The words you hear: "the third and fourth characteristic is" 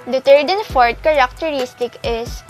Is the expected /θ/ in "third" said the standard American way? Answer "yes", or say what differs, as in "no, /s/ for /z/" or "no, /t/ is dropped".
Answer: no, /t/ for /θ/